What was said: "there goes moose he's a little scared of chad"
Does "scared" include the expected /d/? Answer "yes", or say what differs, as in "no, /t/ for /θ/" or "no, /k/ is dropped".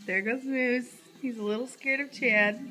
yes